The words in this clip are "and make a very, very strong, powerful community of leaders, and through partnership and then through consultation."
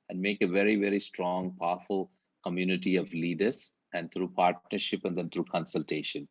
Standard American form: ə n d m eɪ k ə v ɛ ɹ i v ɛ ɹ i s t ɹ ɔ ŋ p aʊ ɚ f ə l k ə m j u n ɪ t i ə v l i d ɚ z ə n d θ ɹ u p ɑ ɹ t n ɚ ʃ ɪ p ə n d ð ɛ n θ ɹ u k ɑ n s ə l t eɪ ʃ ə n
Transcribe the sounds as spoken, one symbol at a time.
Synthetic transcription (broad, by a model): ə n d m eɪ k ə v ɛ ɹ i v ɛ ɹ i s t ɹ ɔ ŋ p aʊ f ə l k ə m j u n ɪ t i ə v l i d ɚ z ə n d t ɹ u p ɑ ɹ t n ɚ ʃ ɪ p ə n d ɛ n t ɹ u k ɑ n s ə l t eɪ ʃ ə n